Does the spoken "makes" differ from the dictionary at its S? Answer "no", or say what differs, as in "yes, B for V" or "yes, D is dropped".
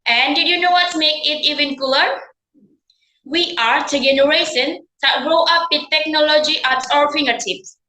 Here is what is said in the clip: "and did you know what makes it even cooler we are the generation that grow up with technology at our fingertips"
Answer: yes, S is dropped